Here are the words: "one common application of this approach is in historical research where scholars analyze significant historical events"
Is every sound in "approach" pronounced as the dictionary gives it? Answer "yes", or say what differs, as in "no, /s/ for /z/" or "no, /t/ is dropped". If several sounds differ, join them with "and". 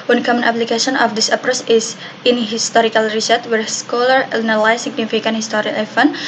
no, /s/ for /tʃ/